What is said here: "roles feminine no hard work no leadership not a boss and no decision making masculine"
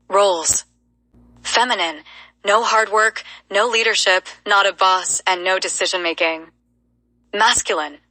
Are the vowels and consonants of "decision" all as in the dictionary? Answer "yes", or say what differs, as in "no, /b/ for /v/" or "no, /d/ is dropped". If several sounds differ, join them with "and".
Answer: yes